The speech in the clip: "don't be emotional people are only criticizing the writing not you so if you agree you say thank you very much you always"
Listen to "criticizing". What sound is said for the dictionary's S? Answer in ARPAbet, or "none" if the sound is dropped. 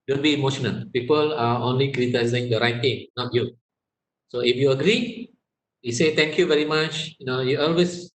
none